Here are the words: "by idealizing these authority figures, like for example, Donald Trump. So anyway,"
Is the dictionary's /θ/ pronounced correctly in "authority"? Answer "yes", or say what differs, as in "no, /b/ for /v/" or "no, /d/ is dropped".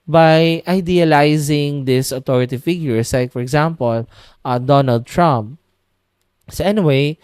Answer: no, /t/ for /θ/